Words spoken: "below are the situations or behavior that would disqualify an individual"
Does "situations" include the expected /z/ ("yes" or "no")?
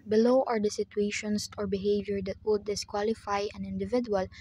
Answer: no